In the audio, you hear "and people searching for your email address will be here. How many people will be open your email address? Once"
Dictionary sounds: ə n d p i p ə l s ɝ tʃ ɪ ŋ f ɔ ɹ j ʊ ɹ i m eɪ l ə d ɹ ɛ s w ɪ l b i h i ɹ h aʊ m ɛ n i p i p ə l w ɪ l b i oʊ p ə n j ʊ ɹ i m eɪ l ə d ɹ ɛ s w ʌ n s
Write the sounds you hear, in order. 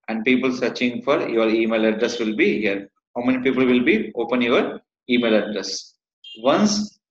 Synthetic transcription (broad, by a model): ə n d p i p ə l s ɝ tʃ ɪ ŋ f ɔ ɹ j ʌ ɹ i m eɪ l ə d ɹ ɛ s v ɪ l b i h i ɹ h aʊ m ɛ n i p i p ə l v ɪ l b i oʊ p ə n j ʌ ɹ i m eɪ l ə d ɹ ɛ s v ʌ n s